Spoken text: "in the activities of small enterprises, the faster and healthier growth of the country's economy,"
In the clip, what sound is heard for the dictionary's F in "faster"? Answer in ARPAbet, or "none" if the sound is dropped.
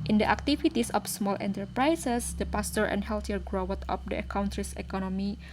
P